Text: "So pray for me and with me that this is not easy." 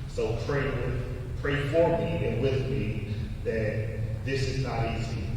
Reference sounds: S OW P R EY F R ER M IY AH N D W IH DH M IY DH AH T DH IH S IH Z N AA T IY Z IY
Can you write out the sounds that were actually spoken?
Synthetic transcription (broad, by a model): S OW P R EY P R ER M IY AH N W IH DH M IY DH AH T DH IH S IH Z N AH T IY Z IY